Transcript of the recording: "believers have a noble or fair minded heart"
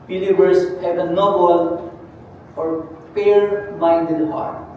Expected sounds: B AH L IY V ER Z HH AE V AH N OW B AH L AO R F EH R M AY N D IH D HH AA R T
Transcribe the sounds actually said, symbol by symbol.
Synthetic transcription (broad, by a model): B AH L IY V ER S HH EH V AH N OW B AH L AO R P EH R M AY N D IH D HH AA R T